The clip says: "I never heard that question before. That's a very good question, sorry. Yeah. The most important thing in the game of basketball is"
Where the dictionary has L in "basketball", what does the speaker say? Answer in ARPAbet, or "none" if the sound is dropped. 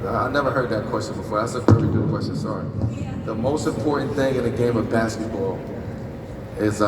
L